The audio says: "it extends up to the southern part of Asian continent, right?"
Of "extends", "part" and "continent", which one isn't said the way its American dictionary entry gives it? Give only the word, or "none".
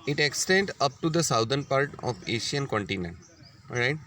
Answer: extends